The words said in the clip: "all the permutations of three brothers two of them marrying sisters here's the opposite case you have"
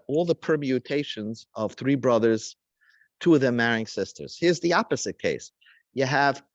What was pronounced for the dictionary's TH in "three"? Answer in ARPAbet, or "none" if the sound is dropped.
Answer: TH